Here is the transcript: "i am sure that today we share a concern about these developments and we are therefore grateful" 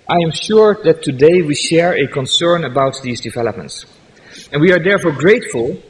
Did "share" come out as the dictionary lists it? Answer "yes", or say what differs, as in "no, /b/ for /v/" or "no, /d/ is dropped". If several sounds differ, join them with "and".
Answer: yes